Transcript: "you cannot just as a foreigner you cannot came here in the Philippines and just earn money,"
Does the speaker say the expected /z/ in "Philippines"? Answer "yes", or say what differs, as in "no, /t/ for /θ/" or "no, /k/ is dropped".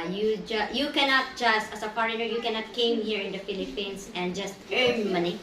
no, /s/ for /z/